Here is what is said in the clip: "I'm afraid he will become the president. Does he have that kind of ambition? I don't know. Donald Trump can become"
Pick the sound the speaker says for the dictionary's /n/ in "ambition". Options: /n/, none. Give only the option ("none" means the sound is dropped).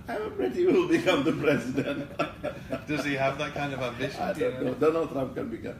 none